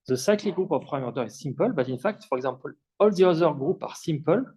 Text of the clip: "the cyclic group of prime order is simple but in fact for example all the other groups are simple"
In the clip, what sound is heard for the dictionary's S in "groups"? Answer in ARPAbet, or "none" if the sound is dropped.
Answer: none